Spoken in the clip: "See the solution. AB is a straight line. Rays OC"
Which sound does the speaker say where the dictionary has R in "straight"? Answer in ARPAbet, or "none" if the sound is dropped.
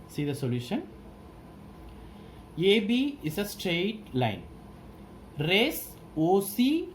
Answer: R